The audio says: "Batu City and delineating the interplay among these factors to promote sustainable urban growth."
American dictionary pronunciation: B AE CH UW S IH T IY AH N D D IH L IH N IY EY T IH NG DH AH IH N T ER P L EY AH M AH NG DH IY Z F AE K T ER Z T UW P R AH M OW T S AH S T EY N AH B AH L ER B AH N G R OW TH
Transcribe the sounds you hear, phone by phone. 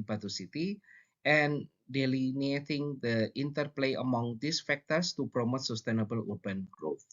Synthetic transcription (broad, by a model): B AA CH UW S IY T IY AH N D D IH L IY N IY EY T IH NG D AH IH N T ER P L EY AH M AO NG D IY S F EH K T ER S T UW P R AH M OW T S AH S T EY N AH B AH L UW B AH N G R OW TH